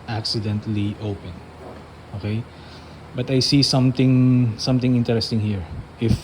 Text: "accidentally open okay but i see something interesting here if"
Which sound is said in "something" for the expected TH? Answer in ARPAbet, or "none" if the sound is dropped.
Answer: T